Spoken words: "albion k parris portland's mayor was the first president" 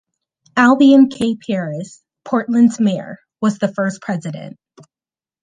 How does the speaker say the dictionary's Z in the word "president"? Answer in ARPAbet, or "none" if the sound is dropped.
Z